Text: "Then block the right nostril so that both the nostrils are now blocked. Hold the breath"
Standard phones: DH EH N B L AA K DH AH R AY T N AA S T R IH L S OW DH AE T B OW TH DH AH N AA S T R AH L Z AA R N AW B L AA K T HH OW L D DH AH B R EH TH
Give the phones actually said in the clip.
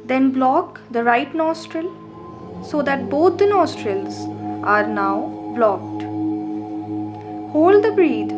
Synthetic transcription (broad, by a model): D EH N B L AA K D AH R AY T N AA S T R IH L S OW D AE T B OW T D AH N AA S T R AH L Z AA R N AW B L AA K T HH OW L D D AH B R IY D